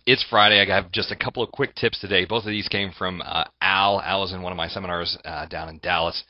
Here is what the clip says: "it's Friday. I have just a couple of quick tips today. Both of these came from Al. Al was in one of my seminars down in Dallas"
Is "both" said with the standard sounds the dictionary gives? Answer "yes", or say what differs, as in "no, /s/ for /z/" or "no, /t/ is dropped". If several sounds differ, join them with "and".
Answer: yes